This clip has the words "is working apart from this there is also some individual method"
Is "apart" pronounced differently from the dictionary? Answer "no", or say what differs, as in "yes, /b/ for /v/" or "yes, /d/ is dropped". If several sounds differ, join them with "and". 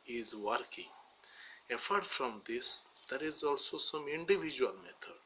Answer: yes, /f/ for /p/